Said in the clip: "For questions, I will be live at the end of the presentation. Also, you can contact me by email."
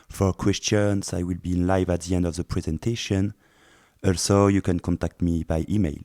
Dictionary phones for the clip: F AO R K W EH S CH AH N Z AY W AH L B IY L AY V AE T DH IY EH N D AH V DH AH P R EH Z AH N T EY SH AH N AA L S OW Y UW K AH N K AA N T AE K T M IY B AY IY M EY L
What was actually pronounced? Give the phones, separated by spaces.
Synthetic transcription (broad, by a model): F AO R K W EH S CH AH N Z AY W AH L B IY L AY V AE T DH IY EH N D AH V DH AH P R EH Z AH N T EY SH AH N AA L S OW Y UW K AH N K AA N T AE K T M IY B AY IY M EY L